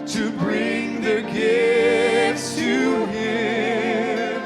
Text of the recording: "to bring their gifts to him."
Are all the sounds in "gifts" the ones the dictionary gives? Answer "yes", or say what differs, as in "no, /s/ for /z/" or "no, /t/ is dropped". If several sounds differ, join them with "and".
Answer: no, /f/ is dropped